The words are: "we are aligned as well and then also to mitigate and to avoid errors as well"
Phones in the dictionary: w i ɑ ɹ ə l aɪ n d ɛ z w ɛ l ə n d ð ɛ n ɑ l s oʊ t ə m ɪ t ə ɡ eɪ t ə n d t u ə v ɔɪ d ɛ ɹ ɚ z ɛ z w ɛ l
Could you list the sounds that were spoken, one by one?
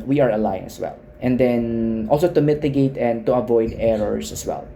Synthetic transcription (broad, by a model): w i ɑ ɹ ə l aɪ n ɛ s w ɛ l ə n d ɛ n ɑ l s oʊ t ə m ɪ t ə ɡ eɪ t ə n d t u ə v ɔɪ d ɛ ɹ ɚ s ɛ s w ɛ l